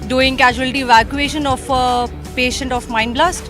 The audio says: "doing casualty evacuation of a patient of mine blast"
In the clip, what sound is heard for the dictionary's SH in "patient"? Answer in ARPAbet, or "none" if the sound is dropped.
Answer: SH